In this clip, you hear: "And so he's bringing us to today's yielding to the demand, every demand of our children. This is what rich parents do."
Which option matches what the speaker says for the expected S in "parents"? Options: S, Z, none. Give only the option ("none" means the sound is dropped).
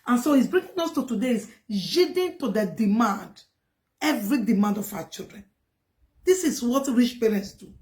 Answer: S